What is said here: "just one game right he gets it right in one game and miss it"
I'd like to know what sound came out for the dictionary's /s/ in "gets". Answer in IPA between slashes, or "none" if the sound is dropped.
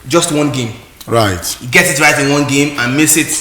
none